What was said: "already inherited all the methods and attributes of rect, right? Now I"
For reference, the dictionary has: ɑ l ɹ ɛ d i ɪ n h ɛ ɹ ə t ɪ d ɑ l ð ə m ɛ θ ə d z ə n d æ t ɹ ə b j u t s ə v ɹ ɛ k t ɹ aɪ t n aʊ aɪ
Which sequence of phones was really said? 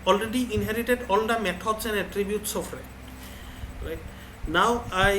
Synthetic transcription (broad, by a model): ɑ l ɹ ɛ d i ɪ n h ɛ ɹ ə t ɪ d ɑ l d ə m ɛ t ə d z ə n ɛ t ɹ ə b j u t s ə f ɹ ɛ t ɹ aɪ t n aʊ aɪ